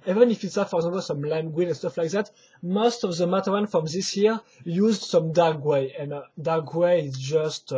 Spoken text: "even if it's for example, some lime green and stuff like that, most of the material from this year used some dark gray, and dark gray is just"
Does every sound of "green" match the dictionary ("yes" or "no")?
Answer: no